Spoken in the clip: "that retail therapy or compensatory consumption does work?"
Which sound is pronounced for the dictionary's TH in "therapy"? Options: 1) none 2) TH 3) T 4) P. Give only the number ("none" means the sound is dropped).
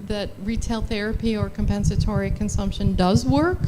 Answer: 2